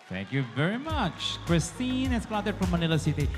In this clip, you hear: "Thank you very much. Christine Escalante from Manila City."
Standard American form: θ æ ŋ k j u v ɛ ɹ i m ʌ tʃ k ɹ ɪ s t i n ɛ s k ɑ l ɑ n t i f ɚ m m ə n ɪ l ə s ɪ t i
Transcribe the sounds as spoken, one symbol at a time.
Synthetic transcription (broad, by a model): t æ ŋ k j u v ɛ ɹ i m ʌ tʃ k ɹ ɪ s t i n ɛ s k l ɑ t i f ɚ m m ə n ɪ l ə s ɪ t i